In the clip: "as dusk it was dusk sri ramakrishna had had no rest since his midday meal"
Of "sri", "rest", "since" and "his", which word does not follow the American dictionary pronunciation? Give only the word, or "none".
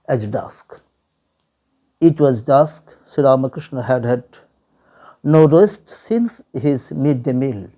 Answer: sri